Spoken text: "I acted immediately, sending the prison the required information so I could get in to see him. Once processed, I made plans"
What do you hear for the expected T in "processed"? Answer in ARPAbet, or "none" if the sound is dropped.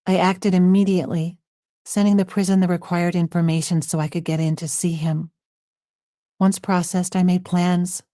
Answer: T